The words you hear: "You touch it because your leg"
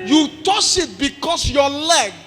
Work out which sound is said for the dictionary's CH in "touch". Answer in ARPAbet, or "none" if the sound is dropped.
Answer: S